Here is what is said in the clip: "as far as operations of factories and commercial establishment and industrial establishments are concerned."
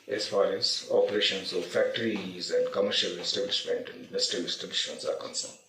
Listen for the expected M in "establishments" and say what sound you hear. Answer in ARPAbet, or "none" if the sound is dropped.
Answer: none